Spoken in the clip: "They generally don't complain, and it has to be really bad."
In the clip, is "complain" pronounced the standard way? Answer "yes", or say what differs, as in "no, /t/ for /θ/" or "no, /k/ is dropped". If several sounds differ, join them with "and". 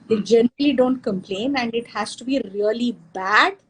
yes